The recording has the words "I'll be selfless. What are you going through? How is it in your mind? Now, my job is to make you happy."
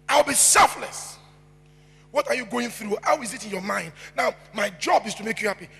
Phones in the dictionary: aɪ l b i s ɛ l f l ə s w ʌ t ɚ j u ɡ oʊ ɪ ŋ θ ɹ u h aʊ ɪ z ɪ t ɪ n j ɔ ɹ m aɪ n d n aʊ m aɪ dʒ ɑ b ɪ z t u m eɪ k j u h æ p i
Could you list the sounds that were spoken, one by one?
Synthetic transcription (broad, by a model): aɪ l b i s ɛ l f l ə s w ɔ t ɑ j u ɡ oʊ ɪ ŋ θ ɹ u h aʊ ɪ z ɪ t ɪ n j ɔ m aɪ n d n aʊ m aɪ dʒ ɑ b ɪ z t u m eɪ k j u h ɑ p i